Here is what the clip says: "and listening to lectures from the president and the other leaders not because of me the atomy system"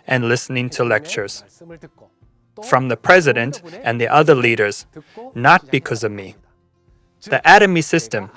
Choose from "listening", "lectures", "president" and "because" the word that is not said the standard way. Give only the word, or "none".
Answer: none